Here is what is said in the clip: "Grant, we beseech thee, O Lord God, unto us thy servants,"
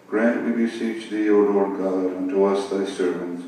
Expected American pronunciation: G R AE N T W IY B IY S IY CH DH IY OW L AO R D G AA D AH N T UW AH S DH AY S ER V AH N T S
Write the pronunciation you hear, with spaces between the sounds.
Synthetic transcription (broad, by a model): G R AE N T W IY B IY S IY CH DH IY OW L AO R D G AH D AH N T UW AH S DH AY S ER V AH N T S